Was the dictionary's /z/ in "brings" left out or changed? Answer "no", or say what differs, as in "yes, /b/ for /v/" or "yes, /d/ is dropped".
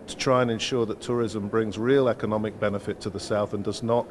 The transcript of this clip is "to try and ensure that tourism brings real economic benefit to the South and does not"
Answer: no